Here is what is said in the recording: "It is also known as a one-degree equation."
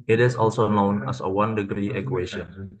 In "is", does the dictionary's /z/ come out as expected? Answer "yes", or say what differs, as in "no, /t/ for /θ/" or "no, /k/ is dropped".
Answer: no, /s/ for /z/